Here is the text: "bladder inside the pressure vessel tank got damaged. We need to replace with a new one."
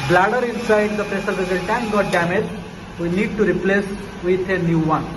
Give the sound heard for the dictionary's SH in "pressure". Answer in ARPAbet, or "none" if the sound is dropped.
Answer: S